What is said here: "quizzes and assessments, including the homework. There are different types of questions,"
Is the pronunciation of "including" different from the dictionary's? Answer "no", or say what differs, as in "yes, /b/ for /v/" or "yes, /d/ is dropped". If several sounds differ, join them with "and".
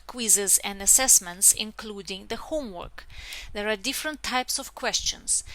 no